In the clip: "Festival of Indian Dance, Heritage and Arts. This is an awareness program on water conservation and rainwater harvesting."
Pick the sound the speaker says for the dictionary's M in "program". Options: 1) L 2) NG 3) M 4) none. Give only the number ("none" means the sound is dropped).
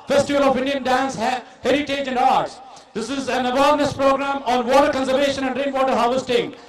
3